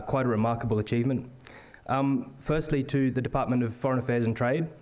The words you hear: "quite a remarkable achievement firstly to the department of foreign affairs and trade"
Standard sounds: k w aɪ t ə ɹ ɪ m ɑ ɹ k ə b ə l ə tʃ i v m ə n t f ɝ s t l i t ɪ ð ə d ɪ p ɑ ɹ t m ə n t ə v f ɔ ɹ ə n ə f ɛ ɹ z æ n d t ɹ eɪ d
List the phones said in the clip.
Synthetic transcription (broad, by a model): k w aɪ t ə ɹ ɪ m ɑ ɹ k ə b ə l ə tʃ i v m ə n t f ɝ s t l i t ɪ ð ə d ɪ p ɑ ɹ t m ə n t ə v f ɔ ɹ ə n ə f ɛ ɹ z n t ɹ eɪ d